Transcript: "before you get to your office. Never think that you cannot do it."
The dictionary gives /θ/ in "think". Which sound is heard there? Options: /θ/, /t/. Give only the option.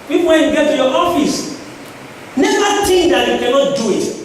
/t/